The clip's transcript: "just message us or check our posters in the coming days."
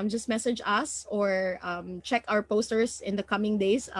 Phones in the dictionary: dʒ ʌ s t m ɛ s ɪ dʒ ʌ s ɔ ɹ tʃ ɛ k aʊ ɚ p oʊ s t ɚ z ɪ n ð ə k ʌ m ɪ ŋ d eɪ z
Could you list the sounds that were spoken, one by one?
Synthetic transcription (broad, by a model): dʒ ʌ s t m ɛ s ɪ dʒ ʌ s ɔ ɹ tʃ ɛ k aʊ ɚ p oʊ s t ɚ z ɪ n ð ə k ʌ m ɪ ŋ d eɪ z